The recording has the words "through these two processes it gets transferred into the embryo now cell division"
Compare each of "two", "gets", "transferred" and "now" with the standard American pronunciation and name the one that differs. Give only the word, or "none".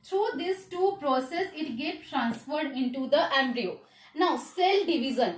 gets